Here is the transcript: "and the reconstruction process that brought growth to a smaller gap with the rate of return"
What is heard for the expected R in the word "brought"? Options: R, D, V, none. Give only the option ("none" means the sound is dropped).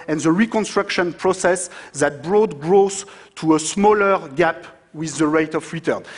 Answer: R